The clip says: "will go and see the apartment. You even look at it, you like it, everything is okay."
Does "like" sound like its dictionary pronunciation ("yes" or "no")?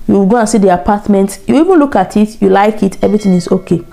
yes